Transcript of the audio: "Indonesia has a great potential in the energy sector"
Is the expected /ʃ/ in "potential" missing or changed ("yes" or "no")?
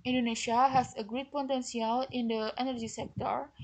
yes